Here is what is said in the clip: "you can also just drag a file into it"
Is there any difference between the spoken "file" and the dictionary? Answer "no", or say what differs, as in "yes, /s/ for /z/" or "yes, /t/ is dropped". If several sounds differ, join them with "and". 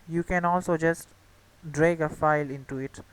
no